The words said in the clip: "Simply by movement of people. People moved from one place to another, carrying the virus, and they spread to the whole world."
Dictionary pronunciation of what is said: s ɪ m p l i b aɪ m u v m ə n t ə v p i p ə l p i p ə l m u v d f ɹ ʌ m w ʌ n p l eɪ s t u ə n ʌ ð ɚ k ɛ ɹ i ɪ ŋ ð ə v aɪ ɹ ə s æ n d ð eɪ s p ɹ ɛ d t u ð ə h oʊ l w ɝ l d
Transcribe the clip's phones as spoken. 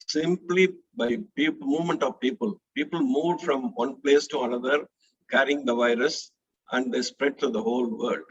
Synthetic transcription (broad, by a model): s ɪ m p l i b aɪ m u v m ə n t ə v p i p ə l p i p ə l m u v d f ɹ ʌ m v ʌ n p l eɪ s t u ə n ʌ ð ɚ k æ ɹ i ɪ ŋ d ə v aɪ ɹ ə s æ n d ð eɪ s p ɹ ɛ d t u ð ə h oʊ l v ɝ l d